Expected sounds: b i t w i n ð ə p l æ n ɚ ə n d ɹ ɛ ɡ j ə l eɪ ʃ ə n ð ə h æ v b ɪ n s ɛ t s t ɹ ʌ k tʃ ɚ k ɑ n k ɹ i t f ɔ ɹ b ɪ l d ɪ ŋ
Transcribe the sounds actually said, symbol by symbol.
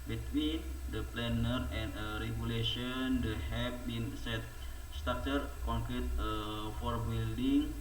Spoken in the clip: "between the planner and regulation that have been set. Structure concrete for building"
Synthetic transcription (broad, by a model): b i t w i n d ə p l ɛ n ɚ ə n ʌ ɹ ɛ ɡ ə l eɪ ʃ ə n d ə h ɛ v b ɪ n s ɛ t s t ɑ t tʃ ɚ k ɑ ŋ k ɹ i t f ɔ ɹ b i l d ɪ ŋ